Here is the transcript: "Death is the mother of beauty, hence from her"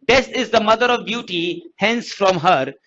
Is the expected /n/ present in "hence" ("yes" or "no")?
yes